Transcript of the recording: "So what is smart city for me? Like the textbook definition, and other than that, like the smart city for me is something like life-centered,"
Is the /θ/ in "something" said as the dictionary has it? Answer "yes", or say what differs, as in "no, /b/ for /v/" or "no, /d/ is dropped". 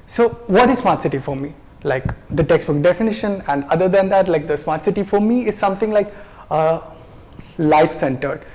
no, /t/ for /θ/